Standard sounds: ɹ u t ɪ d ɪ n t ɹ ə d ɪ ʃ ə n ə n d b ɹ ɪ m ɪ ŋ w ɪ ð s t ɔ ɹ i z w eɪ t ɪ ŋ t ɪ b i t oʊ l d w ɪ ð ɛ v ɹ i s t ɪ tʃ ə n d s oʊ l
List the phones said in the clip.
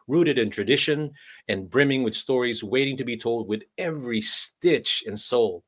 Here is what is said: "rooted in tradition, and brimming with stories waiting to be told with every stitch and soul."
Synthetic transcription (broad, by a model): ɹ u t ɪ d ɪ n t ɹ ə d ɪ ʃ ə n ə n b ɹ ɪ m ɪ ŋ w ɪ ð s t ɔ ɹ i z w eɪ t ɪ ŋ t ɪ b i t oʊ l d w ɪ ð ɛ v ɹ i s t ɪ tʃ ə n s oʊ l